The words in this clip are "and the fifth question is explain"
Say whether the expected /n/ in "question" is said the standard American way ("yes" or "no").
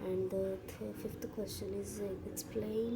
yes